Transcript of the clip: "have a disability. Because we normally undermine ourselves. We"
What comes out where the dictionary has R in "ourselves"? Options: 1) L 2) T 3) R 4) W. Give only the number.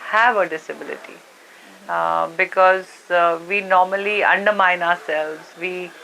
3